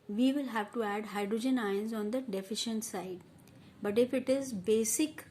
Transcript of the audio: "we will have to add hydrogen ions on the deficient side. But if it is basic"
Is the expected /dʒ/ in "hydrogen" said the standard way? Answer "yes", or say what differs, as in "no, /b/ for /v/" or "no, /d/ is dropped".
yes